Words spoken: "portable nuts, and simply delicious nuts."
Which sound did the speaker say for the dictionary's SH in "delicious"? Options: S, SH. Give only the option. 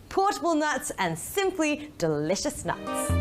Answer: SH